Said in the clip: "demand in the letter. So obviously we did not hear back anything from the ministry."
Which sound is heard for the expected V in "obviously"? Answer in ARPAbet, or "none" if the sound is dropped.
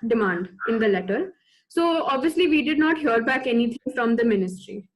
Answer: V